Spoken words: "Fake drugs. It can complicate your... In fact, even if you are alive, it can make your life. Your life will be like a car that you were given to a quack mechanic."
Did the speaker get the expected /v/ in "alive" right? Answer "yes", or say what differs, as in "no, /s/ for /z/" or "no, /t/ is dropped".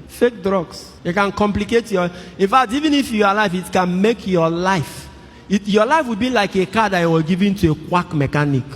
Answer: no, /f/ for /v/